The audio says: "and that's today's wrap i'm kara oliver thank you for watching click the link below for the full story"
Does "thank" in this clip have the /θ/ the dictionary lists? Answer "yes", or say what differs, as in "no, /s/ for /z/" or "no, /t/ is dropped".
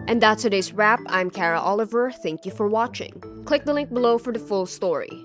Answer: yes